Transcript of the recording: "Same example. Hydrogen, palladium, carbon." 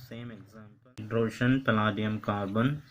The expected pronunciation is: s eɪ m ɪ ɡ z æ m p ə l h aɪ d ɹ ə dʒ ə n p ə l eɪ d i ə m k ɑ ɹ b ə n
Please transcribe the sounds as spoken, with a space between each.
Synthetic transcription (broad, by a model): s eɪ m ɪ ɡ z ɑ m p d ɹ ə ʃ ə n p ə l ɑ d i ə m k ɑ ɹ b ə n